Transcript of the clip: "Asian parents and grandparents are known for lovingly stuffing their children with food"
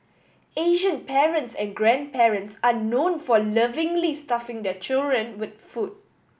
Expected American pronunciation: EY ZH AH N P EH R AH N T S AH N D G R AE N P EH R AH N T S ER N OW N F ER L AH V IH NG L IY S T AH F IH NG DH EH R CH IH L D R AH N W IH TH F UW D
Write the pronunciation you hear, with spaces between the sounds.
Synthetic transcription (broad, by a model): EY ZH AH N P EH R AH N T S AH N G R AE N P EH R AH N T S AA N OW N F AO L AH V IH NG L IY S T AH F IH NG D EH CH IH L D R AH N W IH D F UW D